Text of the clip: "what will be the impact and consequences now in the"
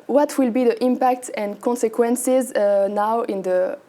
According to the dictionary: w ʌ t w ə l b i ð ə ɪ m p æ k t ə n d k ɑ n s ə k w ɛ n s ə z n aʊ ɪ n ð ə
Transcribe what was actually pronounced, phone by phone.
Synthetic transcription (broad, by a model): w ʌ t w ə l b i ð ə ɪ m p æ k t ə n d k ɑ n s ə k w ɛ n s ə z n aʊ ɪ n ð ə